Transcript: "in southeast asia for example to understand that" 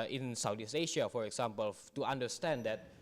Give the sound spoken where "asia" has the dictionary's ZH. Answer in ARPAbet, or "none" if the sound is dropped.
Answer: SH